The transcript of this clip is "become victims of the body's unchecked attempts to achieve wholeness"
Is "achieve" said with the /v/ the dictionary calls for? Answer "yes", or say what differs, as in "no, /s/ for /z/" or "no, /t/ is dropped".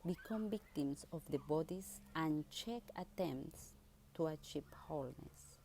no, /p/ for /v/